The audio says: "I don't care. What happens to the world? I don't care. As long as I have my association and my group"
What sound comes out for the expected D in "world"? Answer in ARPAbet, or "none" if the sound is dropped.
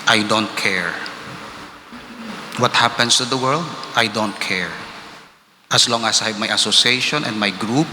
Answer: D